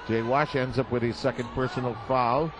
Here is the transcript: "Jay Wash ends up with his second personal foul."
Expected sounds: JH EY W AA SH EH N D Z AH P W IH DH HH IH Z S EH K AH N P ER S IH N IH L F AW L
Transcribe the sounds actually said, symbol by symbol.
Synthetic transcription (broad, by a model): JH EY W AA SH EH N D Z AH P W IH DH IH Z S EH K AH N P ER S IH N L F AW L